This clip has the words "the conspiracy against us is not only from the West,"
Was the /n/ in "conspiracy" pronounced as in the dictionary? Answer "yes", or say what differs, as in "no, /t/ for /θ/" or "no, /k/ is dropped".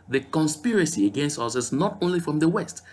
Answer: yes